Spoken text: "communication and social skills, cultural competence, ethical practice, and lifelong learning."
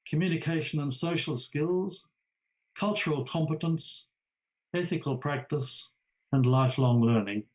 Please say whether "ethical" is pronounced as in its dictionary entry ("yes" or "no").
yes